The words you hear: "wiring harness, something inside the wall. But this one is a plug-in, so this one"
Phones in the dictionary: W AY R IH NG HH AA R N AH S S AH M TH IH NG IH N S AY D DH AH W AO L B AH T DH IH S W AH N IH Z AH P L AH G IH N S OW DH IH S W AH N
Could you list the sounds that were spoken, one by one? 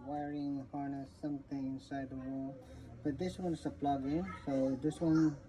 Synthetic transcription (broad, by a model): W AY R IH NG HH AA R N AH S S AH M T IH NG IH N S AY D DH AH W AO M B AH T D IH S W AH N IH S AH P L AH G IH N S OW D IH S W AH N